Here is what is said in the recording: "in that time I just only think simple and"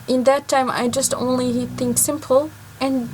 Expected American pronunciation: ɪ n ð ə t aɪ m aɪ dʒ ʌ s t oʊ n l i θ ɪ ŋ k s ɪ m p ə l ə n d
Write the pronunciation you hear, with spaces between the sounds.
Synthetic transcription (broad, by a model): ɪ n ð ə t aɪ m aɪ dʒ ʌ s t oʊ n l i θ ɪ ŋ k s ɪ m p l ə n